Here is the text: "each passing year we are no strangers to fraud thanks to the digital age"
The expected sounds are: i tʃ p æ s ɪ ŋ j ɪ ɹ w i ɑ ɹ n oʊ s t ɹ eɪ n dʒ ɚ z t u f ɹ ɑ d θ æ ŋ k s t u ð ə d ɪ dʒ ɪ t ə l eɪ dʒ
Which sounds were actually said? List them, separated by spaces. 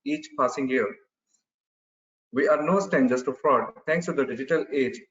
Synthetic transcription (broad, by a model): i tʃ p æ s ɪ ŋ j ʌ ɹ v i ɑ ɹ n oʊ s t eɪ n dʒ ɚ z t u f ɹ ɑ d t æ ŋ k s t u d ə d ɪ dʒ ɪ t ə l eɪ dʒ